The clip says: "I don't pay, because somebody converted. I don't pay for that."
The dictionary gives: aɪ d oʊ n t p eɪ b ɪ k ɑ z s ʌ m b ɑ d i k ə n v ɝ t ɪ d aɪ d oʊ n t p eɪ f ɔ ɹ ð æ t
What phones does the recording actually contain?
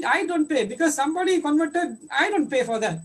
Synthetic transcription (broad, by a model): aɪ d oʊ n t p eɪ b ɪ k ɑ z s ʌ m b ɑ d i k ə n v ɝ t ɪ d aɪ d oʊ n t p eɪ f ɔ ɹ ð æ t